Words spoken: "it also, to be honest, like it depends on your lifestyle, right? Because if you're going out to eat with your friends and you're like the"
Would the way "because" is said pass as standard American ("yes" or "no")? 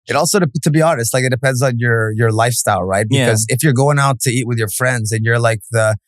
yes